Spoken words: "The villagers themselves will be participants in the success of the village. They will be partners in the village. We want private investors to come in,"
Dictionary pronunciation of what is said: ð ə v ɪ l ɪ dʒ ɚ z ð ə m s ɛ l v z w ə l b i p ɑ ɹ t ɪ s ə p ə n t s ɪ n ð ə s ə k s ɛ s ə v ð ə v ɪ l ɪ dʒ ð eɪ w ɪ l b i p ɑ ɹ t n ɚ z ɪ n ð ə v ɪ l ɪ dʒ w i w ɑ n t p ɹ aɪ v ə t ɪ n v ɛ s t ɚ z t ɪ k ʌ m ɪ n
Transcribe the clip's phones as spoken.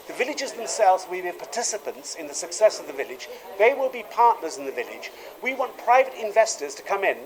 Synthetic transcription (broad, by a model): ð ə v ɪ l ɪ dʒ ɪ z ð ə m s ɛ l v z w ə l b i p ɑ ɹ t ɪ s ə p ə n t s ɪ n ð ə s ə k s ɛ s ə v ð ə v ɪ l ɪ dʒ ð eɪ w ɪ l b i p ɑ ɹ t n ɚ z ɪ n ð ə v ɪ l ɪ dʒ w i w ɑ n p ɹ aɪ v ə t ɪ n v ɛ s t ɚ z t ɪ k ʌ m ɪ n